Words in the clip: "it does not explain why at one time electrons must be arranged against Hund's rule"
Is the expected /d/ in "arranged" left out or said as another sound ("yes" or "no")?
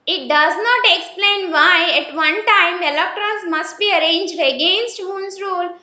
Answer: no